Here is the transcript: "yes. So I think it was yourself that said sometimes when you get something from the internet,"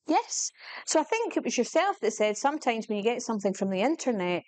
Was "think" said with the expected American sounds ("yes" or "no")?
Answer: yes